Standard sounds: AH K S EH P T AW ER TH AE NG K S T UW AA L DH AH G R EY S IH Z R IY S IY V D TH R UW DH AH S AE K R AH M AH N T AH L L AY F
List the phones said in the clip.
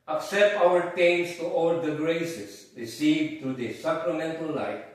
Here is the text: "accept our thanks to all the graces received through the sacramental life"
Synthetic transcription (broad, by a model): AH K S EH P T AW ER T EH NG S T UW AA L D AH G R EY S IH S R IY S IY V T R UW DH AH S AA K R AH M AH N T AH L L AY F